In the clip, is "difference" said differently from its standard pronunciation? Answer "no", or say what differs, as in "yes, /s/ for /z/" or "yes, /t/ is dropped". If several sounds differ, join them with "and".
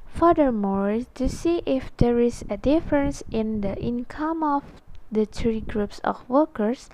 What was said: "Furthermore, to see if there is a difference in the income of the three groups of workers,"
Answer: no